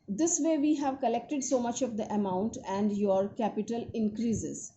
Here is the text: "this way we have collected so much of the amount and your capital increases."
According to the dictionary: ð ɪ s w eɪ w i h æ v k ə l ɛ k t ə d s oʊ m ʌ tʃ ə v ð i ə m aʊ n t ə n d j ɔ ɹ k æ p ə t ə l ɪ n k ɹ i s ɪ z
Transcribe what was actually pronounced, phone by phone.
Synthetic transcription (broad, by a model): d ɪ s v eɪ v i h æ v k ə l ɛ k t ə d s oʊ m ʌ tʃ ə v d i ə m aʊ n t ə n d j ɔ ɹ k æ p ə t ə l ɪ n k ɹ i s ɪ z